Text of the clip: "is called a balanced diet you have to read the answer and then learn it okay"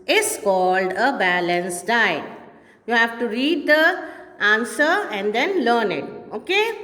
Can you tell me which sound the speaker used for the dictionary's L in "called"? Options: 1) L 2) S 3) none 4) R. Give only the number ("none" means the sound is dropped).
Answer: 1